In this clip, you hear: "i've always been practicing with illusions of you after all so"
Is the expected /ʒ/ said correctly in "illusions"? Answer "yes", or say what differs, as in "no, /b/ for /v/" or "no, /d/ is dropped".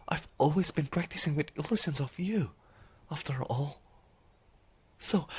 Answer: no, /s/ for /ʒ/